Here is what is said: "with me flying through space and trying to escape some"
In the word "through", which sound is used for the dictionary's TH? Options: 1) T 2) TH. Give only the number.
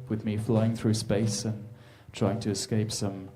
2